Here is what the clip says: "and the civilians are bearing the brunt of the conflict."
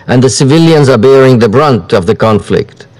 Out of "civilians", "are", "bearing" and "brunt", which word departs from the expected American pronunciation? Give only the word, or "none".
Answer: none